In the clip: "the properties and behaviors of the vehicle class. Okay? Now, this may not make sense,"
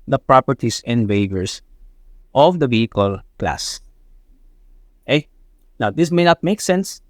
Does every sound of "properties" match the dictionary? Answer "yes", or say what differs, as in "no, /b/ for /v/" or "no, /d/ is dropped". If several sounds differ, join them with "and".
no, /s/ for /z/